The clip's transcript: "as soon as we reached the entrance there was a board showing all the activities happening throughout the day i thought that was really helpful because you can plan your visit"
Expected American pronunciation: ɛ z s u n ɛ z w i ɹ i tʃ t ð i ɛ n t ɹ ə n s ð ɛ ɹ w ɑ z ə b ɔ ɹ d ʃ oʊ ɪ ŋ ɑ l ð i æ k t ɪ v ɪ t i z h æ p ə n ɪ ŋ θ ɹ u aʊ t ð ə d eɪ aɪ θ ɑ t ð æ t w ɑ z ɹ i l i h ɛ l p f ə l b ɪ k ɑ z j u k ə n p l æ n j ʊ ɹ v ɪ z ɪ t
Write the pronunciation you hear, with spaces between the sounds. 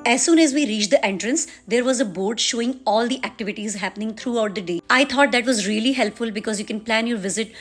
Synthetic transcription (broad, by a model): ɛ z s u n ɛ z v i ɹ i tʃ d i ɛ n t ɹ ə n s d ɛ ɹ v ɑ z ə b ɔ ɹ d ʃ oʊ ɪ ŋ ɑ l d i æ k t ɪ v ɪ t i z h æ p ə n ɪ ŋ t ɹ u aʊ t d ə d eɪ aɪ t ɑ t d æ t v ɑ z ɹ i l i h ɛ l p f ə l b ɪ k ɑ z j u k ə n p l æ n j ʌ ɹ v ɪ z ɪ t